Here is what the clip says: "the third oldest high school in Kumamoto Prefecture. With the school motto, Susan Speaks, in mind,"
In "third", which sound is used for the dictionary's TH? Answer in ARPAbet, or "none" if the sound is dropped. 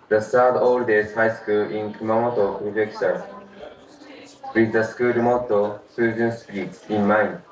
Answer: S